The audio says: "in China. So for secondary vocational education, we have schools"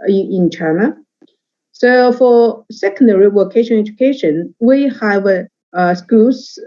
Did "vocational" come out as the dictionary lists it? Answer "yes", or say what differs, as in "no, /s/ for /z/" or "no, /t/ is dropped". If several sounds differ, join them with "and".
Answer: no, /w/ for /v/